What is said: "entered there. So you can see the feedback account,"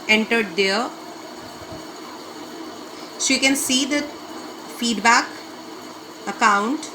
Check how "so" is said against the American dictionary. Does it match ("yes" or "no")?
no